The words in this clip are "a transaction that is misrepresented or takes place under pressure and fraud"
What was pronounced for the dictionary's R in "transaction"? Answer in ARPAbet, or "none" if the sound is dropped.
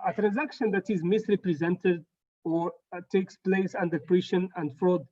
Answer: R